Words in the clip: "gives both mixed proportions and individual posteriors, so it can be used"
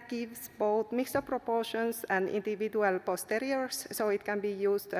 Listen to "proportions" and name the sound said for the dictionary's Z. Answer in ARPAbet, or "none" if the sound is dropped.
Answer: S